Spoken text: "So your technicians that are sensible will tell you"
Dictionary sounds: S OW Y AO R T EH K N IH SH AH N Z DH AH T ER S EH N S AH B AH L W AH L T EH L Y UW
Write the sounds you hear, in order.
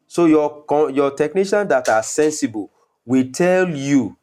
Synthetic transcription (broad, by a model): S OW Y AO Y T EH K N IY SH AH N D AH T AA S EH N S AH B AH L W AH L T EH L Y UW